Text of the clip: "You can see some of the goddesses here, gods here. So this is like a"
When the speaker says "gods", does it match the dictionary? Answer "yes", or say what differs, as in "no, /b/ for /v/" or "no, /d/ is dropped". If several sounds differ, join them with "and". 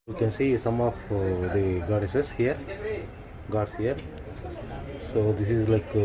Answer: no, /s/ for /z/